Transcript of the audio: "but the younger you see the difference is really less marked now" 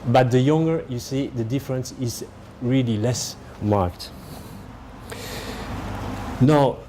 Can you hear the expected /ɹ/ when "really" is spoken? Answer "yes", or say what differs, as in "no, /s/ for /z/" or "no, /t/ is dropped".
yes